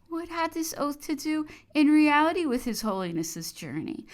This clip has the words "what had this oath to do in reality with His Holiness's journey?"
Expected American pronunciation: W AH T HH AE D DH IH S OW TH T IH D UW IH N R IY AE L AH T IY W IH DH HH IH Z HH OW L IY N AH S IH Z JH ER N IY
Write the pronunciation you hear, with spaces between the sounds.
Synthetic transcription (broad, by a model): W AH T HH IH D DH IH S OW TH T IH D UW IH N R IY AE L AH T IY W IH DH IH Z HH OW L IY N AH S IH Z JH ER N IY